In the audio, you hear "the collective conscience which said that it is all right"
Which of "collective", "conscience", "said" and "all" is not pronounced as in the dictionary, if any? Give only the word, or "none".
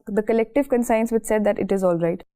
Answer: conscience